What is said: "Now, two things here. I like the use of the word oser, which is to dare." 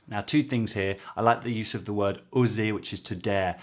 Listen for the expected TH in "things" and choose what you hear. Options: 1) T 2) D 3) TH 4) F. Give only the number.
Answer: 3